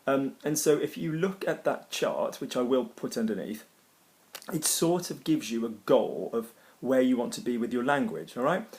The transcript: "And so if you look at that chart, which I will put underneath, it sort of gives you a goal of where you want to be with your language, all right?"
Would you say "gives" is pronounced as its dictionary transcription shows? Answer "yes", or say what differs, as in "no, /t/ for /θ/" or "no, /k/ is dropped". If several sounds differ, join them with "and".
yes